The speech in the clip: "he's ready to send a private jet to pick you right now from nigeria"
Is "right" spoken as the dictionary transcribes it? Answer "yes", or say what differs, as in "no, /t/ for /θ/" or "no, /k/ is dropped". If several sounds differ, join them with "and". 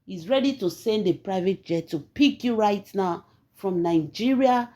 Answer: yes